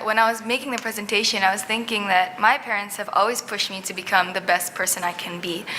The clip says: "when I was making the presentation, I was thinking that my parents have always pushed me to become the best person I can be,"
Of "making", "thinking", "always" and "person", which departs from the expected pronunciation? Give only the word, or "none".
none